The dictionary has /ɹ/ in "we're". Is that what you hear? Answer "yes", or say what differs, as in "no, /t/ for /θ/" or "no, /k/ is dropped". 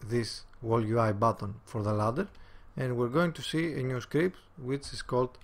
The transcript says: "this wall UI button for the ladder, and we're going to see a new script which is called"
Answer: yes